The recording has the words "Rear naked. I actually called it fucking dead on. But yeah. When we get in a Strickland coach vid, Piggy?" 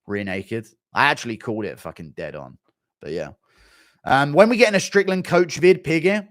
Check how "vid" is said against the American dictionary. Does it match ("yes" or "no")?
yes